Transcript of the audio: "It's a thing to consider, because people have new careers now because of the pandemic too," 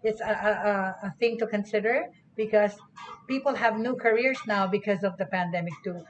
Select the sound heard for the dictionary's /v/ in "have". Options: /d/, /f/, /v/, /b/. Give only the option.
/v/